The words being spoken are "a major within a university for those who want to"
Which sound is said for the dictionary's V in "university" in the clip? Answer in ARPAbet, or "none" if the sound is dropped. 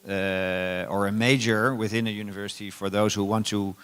V